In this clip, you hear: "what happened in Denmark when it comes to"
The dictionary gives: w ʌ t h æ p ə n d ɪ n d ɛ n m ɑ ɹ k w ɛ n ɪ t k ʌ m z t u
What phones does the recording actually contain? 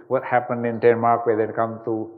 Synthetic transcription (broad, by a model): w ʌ t h æ p ə n d ɪ n d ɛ n m ɑ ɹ k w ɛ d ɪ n k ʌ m t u